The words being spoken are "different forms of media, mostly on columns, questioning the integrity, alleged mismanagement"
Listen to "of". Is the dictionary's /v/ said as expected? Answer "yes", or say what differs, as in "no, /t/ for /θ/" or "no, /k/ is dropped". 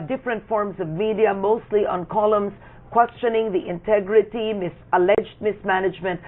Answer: yes